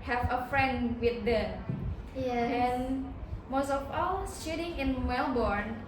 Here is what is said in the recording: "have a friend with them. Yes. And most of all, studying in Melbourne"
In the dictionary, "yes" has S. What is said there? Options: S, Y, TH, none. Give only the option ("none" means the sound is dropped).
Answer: none